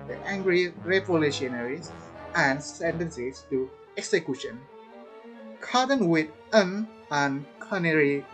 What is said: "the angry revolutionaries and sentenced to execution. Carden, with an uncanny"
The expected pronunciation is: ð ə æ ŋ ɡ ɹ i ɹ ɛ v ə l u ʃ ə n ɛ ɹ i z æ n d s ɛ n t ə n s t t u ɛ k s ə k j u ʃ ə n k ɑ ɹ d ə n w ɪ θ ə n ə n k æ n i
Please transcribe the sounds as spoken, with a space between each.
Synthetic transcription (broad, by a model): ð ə æ ŋ ɡ ɹ i ɹ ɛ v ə l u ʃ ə n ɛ ɹ i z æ n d s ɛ n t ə n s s t u ɛ k s ə k j u ʃ ə n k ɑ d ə n w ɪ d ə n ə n k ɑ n i